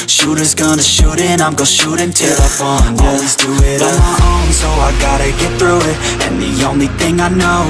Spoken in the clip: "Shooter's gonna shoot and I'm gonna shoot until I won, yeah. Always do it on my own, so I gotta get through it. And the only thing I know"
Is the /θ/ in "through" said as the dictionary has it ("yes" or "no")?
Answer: yes